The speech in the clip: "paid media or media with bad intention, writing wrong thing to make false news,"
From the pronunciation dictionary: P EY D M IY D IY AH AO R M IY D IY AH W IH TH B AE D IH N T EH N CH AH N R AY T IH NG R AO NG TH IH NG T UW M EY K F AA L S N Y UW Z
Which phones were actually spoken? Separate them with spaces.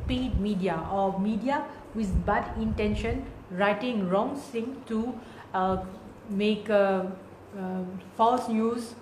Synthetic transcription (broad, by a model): P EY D M IY D IY AH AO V M IY D IY AH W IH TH B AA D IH N T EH N SH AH N R AY T IH NG R AO NG S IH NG T UW M EY K F AA L S N Y UW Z